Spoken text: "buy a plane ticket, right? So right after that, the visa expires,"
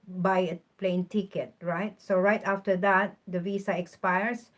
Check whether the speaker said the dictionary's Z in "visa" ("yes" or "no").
no